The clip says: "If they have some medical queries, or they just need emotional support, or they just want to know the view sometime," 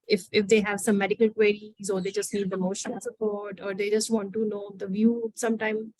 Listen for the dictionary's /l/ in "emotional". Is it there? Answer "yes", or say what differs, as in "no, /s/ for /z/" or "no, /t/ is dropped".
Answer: no, /n/ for /l/